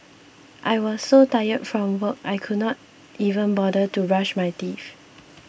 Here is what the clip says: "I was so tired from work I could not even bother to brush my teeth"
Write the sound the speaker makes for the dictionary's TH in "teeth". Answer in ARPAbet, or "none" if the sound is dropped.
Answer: F